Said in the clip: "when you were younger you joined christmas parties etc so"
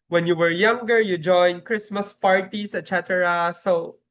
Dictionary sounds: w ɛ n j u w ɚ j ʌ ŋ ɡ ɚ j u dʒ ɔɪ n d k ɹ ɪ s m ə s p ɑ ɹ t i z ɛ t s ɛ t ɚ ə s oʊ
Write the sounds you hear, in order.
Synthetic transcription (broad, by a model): w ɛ n j u w ɚ j ʌ ŋ ɡ ɚ j u dʒ ɔɪ n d k ɹ ɪ s m ə s p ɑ ɹ t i s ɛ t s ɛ t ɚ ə s oʊ